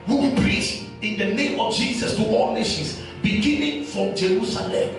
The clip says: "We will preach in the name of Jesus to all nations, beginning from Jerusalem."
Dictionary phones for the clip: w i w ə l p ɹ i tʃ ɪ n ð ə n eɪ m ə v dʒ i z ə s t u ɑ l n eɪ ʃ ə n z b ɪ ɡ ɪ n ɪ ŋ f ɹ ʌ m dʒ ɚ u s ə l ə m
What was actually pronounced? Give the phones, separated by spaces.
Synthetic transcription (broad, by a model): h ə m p ɹ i s ɪ n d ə n eɪ m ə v dʒ i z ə s t u ɑ l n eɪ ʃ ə n s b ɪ ɡ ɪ n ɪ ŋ f ɹ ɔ m dʒ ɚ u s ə l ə m